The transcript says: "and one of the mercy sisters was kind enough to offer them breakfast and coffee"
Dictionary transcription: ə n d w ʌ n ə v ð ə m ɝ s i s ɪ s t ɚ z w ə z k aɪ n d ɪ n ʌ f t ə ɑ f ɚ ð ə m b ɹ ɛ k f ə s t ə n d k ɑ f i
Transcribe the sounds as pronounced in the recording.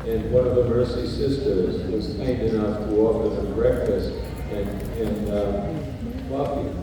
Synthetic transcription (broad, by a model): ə n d w ʌ n ə v ð ə m ɝ s i s ɪ s t ɚ z w ə z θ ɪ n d ɪ n ʌ f t ə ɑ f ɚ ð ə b ɹ ɛ k f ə s t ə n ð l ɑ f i